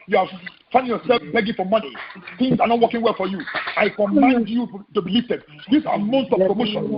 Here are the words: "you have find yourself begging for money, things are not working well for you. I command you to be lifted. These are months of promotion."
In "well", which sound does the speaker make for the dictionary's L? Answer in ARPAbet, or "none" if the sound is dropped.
L